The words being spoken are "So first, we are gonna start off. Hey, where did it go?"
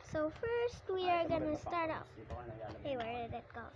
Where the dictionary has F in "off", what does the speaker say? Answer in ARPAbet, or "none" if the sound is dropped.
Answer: P